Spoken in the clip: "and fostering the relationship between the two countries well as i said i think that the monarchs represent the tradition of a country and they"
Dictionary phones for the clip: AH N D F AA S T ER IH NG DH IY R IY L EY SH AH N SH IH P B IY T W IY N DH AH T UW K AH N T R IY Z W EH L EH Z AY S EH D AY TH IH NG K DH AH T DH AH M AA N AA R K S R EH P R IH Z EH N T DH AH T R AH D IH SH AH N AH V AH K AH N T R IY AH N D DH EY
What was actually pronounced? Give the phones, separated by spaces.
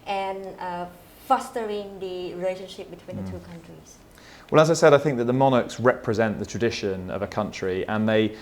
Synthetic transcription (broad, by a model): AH N F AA S T ER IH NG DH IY R IY L EY SH AH N SH IH P B IY T W IY N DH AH T UW K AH N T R IY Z W EH L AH Z AY S EH D AY TH IH NG K DH AH T DH AH M AA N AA K S R EH P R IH Z EH N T DH AH T R AH D IH SH AH N AH V AH K AH N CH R IY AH N DH EY